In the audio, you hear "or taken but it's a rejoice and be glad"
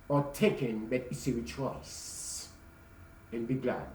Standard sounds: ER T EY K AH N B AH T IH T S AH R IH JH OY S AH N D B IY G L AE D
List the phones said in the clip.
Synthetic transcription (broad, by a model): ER T EY K AH N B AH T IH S AH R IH CH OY S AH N B IY G L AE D